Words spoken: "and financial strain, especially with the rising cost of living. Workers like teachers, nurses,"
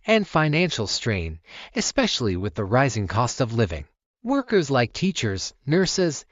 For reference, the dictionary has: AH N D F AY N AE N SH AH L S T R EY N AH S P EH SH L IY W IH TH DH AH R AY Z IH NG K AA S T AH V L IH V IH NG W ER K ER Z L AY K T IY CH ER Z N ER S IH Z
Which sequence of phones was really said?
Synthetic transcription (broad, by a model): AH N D F AY N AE N SH L S T R EY N AH S P EH SH L IY W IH DH AH R AY Z IH NG K AA S T AH V L IH V IH NG W ER K ER Z L AY K T IY CH ER Z N ER S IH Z